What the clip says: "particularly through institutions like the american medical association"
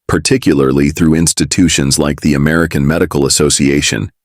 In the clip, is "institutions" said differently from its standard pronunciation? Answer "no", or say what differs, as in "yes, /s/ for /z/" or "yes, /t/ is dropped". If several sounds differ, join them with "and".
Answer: no